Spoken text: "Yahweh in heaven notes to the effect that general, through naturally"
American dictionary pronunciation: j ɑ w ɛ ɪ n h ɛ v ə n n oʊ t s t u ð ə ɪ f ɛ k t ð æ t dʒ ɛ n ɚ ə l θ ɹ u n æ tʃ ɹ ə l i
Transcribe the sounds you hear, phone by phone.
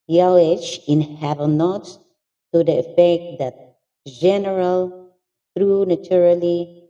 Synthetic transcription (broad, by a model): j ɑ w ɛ ɪ n h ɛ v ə l n oʊ t s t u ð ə ɪ f ɛ k t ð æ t dʒ ɛ n ɚ ə l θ ɹ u n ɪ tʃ ɹ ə l i